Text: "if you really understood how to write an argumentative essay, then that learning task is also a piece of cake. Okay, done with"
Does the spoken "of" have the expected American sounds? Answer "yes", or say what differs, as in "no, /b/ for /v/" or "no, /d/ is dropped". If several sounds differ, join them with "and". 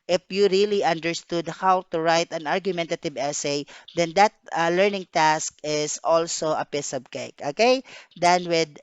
no, /b/ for /v/